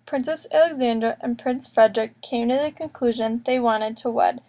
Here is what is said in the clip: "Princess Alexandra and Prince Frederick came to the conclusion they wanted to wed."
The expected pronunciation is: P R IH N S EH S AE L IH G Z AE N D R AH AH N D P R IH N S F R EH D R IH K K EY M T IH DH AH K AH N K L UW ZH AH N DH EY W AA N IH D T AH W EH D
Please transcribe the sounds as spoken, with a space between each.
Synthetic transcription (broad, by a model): P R IH N S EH S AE L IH G Z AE N D R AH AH N P R IH N S F R EH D R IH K K EY M T IH DH AH K AH N K L UW ZH AH N DH EY W AA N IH D T AH W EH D